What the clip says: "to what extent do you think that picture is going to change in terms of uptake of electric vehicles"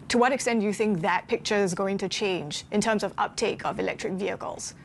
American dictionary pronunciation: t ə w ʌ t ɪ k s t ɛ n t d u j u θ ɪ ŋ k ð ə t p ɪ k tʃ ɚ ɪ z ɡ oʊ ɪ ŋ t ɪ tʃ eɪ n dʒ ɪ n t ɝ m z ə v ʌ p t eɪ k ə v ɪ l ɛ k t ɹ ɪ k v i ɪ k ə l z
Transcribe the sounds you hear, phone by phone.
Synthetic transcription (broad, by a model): t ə w ʌ t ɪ k s t ɛ n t j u θ ɪ ŋ k ð ə t p ɪ k tʃ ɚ ɪ z ɡ oʊ ɪ ŋ t ɪ tʃ eɪ n dʒ ɪ n t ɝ m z ə v ʌ p t eɪ k ə v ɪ l ɛ k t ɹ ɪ k v i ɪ k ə l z